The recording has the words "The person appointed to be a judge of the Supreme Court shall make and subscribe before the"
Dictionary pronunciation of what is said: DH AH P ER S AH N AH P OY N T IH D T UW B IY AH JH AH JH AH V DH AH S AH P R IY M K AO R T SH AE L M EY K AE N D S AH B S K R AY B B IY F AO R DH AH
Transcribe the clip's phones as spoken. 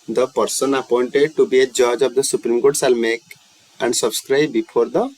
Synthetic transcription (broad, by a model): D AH P ER S AH N AH P OY N T IH D T UW B IY AH JH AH JH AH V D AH S AH P R IY M K AO R T S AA L M EY K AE N D S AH B S K R AY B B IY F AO R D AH